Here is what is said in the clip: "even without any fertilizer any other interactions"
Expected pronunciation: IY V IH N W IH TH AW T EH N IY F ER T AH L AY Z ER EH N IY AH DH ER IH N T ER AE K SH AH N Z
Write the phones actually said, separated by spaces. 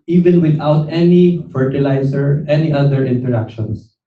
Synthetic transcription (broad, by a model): IY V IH N W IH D AW T EH N IY F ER T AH L AY S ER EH N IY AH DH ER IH N T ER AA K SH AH N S